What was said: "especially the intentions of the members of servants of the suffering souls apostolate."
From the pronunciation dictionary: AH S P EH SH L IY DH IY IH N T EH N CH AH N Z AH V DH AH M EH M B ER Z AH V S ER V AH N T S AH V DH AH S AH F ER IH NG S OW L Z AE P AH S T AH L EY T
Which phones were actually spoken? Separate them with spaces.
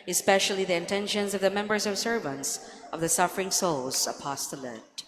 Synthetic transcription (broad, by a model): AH S P EH SH L IY DH IY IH N T EH N SH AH N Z AH V DH AH M EH M B ER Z AH V S ER V AH N T S AH V DH AH S AH F ER IH NG S OW L Z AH P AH S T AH L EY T